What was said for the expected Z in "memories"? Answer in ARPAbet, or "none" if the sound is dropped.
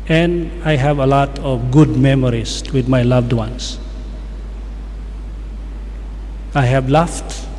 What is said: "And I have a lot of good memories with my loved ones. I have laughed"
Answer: S